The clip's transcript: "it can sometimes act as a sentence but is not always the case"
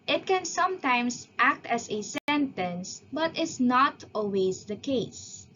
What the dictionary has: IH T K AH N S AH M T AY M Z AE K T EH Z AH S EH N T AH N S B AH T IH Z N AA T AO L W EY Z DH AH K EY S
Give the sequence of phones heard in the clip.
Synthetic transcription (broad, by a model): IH T K AH N S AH M T AY M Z AE K T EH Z AH S EH N T AH N S B AH T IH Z N AA T AO L W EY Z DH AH K EY S